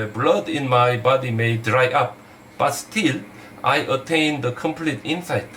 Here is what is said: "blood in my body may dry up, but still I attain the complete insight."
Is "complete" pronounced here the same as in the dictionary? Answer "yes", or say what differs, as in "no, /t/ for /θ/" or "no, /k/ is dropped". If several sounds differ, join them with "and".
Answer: yes